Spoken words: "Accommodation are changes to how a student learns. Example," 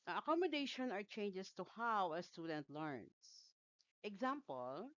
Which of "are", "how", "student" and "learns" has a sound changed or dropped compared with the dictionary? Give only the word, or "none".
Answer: learns